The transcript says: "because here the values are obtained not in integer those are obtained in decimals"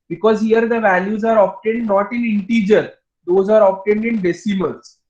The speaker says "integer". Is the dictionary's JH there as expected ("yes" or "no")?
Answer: yes